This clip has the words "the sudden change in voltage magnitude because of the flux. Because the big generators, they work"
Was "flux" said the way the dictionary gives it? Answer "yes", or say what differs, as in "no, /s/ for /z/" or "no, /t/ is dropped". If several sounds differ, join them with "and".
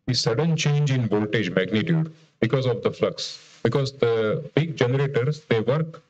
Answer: yes